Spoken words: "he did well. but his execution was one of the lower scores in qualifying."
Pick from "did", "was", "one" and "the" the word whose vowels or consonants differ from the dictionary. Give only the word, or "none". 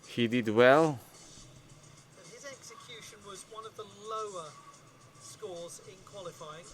none